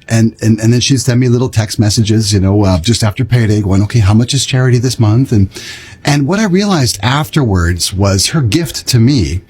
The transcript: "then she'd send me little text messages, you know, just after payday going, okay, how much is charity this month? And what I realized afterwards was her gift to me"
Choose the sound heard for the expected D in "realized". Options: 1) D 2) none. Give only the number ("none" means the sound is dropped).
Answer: 1